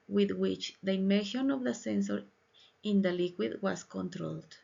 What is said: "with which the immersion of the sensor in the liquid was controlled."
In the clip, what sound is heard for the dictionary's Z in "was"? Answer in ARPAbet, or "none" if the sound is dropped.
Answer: S